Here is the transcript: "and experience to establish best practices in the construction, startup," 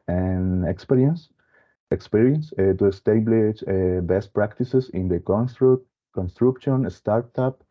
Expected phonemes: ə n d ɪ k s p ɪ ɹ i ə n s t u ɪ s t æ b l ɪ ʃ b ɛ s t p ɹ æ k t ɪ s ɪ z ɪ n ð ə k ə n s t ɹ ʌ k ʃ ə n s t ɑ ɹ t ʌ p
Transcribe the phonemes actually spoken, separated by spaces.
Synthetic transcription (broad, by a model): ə n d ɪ k s p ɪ ɹ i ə n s t u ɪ s t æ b l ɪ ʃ b ɛ s t p ɹ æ k t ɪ s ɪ s ɪ n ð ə k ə n s t ɹ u k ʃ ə n s t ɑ ɹ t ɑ p